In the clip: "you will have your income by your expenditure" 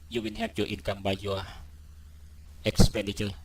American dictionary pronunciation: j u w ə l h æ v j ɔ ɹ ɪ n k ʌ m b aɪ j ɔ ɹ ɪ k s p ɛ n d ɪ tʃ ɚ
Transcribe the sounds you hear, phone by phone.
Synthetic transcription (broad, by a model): j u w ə n h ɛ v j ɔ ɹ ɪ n k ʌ m b aɪ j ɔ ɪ k s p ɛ n d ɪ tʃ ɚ